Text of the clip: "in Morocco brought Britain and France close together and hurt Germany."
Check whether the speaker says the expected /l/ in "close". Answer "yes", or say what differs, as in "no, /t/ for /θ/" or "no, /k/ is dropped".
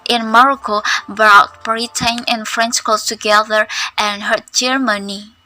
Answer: no, /l/ is dropped